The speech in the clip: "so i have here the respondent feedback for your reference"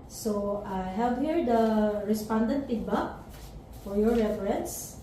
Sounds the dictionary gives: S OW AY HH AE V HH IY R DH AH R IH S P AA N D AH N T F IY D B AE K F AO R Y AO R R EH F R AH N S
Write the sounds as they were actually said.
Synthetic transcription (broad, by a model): S OW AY HH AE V HH IY R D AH R IH S P AA N D AH N T P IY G B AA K F AO R Y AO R R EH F R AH N S